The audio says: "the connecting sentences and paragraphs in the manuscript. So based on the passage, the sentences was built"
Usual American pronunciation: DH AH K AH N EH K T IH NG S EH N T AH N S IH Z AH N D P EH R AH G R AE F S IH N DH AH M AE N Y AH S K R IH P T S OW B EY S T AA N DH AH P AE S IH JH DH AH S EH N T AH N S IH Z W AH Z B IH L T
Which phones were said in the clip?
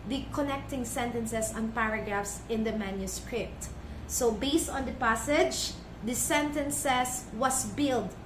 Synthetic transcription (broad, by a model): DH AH K AH N EH K T IH NG S EH N T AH N S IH S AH N P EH R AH G R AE F S IH N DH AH M AE N Y AH S K R IH P T S OW B EY S T AA N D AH P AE S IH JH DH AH S EH N T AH N S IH S W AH S B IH L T